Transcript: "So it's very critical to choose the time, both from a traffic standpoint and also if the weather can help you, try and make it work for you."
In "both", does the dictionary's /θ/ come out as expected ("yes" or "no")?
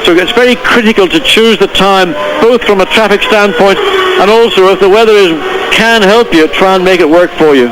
yes